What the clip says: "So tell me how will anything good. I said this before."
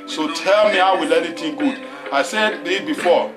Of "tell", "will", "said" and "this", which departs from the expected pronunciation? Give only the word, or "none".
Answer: this